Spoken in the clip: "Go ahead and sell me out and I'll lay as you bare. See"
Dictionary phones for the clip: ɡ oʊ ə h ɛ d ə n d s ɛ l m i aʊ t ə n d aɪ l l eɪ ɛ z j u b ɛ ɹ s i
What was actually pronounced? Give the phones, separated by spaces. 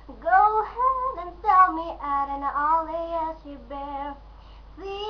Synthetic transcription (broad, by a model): ɡ oʊ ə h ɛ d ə n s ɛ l m i t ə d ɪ n l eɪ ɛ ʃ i b ɛ ɹ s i